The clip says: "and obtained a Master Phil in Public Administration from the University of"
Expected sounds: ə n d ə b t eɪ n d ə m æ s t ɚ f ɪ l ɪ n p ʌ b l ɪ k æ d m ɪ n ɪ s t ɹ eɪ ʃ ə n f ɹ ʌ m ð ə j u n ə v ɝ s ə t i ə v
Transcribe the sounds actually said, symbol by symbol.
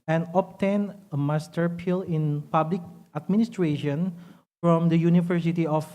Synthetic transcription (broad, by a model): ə n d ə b t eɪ n ə m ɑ s t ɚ p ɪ l ɪ n p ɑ b l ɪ k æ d m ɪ n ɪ s t ɹ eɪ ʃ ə n f ɹ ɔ m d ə j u n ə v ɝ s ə t i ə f